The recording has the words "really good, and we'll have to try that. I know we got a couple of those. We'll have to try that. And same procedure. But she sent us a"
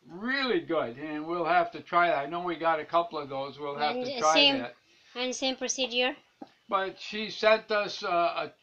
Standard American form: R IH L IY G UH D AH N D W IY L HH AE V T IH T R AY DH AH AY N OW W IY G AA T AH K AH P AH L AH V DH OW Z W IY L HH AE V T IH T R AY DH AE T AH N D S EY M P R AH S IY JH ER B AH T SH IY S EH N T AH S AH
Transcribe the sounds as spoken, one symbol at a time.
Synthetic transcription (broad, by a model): R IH L IY G UH D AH N W IY L HH AE F T IH T R AY DH AH AY N OW W IY G AA T AH K AH P L AH V DH OW Z W IY L HH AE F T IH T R AY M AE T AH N S EY M P R AH S IY JH ER B AH T SH IY S EH N T AH S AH